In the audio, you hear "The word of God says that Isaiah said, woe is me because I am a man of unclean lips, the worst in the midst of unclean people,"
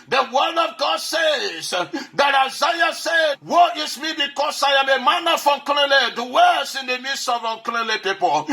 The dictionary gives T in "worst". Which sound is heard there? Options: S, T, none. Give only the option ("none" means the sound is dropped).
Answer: none